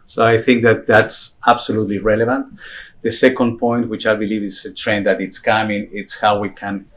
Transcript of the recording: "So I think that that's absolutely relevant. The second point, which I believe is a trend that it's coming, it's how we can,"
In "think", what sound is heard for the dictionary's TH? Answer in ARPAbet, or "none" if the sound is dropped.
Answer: TH